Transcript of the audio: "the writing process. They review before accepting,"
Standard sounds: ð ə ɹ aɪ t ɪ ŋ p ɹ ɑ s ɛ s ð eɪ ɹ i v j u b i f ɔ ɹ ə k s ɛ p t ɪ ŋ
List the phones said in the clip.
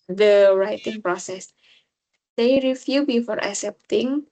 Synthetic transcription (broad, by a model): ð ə ɹ aɪ t ɪ ŋ p ɹ ɑ s ɛ s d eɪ ɹ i f j u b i f ɔ ɹ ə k s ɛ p t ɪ ŋ